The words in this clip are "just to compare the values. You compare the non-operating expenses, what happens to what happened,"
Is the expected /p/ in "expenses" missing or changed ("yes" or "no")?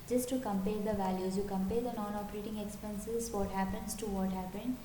no